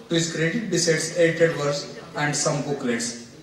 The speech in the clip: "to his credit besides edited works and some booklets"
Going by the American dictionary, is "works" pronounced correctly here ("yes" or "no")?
no